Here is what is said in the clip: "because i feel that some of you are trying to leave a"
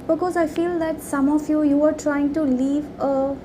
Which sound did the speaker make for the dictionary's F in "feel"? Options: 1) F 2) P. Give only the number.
1